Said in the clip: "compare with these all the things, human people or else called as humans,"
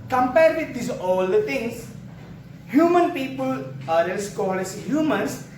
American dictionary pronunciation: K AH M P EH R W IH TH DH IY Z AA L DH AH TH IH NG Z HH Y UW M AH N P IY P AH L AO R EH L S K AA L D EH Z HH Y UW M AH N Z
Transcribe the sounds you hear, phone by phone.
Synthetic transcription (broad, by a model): K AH M P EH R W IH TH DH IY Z AA L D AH T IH NG S HH Y UW M AH N P IY P AH L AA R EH N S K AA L EH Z HH Y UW M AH N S